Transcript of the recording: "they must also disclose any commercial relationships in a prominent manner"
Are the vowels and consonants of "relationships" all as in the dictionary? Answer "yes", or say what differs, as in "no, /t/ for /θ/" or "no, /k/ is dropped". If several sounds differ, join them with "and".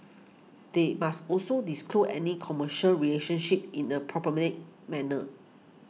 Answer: no, /s/ is dropped